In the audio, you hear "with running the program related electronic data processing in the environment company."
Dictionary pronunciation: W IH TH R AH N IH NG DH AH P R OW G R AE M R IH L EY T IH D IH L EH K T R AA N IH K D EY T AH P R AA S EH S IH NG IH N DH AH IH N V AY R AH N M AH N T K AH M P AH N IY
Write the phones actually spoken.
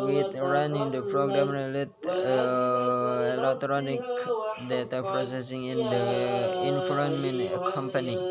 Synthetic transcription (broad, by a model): W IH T R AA N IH NG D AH P R OW G R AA M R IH L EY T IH IH L EH K T R AA N IH K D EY T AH P R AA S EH S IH NG IH N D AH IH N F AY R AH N M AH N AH K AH M P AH N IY